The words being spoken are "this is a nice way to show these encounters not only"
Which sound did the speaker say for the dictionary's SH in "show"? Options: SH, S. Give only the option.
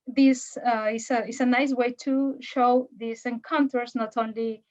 SH